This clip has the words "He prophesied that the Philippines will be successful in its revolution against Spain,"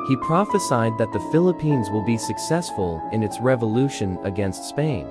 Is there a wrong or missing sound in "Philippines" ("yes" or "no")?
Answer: no